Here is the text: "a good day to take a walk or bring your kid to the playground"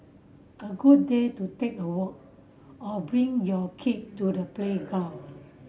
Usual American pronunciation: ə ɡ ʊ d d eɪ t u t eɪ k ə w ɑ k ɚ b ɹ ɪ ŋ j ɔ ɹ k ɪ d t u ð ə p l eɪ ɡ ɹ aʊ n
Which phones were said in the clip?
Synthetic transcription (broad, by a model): ə ɡ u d d eɪ t u t eɪ k ə w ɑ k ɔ b ɹ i ŋ j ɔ k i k t u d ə p l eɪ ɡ aʊ